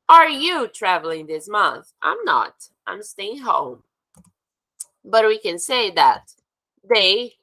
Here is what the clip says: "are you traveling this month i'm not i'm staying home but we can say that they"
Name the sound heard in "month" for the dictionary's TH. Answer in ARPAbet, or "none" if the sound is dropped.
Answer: TH